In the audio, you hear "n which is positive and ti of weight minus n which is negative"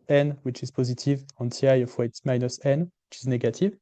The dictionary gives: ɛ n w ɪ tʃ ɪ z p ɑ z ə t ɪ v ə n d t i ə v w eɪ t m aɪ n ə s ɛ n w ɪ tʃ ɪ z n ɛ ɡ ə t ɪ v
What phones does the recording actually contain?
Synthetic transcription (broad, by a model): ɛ n w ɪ tʃ ɪ z p ɑ z ə t ɪ v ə n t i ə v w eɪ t m aɪ n ə s ɛ n w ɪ tʃ ɪ z n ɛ ɡ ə t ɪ v